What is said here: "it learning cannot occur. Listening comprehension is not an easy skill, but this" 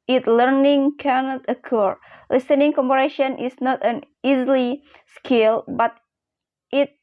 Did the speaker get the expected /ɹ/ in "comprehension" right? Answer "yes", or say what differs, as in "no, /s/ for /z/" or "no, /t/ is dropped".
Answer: no, /ɹ/ is dropped